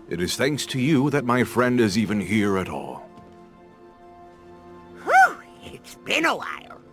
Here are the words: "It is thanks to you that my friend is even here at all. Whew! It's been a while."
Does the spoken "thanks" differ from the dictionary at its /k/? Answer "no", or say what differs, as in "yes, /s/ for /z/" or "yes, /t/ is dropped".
no